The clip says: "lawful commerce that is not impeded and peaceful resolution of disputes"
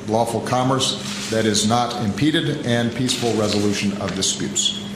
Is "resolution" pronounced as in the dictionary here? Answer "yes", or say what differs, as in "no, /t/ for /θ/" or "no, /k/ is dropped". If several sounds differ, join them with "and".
yes